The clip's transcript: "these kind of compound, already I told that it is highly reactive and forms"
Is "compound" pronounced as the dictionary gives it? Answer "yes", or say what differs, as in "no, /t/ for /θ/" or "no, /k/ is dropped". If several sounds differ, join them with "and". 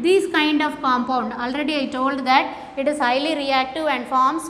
yes